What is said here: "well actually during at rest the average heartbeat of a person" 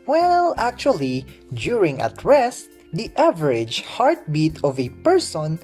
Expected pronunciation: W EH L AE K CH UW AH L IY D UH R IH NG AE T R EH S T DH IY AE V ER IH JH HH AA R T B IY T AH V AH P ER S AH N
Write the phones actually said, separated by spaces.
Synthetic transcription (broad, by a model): W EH L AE K CH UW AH L IY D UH R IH NG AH T R EH S T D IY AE V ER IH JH HH AA R T B IY T AH V AH P ER S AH N